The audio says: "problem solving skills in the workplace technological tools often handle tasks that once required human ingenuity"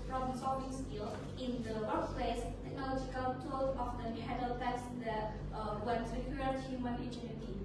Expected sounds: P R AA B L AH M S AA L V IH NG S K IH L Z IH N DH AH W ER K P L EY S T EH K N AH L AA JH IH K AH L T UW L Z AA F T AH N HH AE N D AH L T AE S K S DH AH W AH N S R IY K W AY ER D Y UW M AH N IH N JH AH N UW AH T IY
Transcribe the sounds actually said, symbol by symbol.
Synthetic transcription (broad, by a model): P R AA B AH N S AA V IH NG S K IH L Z IH N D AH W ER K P L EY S T EH K N AH L AA JH IH K AH L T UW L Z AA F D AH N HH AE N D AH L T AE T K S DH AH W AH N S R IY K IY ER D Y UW M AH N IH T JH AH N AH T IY